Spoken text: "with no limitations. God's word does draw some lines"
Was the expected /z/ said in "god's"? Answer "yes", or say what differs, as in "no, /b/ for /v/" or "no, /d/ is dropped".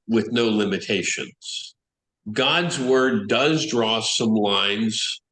yes